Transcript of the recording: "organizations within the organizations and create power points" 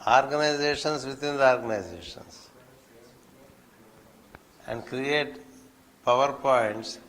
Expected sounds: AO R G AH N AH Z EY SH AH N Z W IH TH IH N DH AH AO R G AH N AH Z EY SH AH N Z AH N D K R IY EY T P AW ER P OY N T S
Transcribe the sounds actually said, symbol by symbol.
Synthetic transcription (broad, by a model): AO R G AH N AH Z EY SH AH N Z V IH T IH N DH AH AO R G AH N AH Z EY SH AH N S AH N D K R IY EY T P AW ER P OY N T S